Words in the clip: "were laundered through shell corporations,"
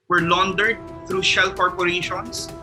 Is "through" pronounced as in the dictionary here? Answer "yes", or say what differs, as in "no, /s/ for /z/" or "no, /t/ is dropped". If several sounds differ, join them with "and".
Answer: no, /t/ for /θ/